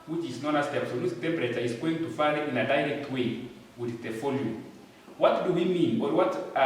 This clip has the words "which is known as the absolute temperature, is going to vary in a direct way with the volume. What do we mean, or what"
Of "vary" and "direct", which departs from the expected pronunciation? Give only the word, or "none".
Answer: vary